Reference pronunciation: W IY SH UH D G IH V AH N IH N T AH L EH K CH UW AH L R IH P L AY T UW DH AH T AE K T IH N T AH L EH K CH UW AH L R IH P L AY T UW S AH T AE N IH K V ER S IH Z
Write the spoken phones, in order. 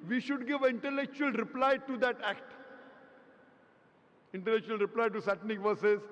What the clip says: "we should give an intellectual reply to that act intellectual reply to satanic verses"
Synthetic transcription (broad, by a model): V IY SH UH D G IH V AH IH N T AH L EH K CH UW AH L R IH P L AY T UW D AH T AE K T IH N T AH L EH K CH UW AH L R IH P L AY T UW S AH T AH N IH K V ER S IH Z